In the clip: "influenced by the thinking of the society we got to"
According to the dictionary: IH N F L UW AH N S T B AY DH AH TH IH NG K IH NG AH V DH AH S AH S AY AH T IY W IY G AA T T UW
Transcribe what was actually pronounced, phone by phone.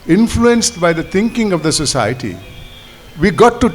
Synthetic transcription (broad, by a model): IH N F L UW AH N S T B AY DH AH T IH NG K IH NG AH V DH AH S AH S AY AH T IY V IY G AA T T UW